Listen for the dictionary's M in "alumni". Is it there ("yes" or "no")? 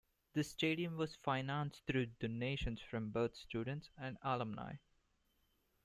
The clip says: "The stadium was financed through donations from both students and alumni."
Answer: yes